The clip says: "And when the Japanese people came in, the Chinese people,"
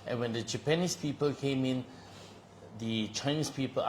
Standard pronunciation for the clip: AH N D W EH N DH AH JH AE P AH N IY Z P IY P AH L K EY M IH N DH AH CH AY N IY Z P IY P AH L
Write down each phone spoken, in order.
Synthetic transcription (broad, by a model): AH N W EH N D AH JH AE P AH N IY S P IY P AH L K EY M IH N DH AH CH AY N IY S P IY P AH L